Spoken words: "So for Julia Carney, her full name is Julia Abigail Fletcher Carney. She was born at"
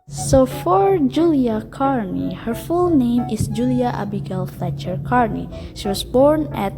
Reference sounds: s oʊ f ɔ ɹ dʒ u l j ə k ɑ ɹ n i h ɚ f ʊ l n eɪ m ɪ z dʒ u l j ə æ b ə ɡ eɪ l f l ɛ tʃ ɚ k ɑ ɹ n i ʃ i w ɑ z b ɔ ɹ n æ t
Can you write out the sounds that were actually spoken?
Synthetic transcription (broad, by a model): s oʊ f ɔ ɹ dʒ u l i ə k ɑ ɹ n i h ɚ f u l n eɪ m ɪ s dʒ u l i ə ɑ b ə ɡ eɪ l f l ɛ tʃ ɚ k ɑ ɹ n i ʃ i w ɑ s b ɔ ɹ n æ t